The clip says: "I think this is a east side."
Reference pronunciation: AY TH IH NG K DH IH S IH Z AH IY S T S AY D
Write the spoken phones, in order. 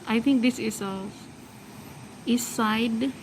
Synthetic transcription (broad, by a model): AY T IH NG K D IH S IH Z AH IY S S AY D